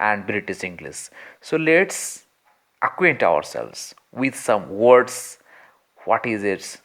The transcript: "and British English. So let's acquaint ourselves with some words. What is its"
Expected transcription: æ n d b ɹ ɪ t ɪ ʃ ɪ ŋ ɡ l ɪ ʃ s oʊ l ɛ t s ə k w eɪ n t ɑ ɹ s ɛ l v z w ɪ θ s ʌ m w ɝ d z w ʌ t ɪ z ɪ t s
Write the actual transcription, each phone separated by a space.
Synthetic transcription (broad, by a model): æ n d b ɹ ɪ t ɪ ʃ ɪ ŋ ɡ l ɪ s s oʊ l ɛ t s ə k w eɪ n t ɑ ɹ s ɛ l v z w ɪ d s ʌ m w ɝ d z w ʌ t ɪ z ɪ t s